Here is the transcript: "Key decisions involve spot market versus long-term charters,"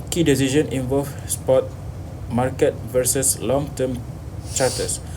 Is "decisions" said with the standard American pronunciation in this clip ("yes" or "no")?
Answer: no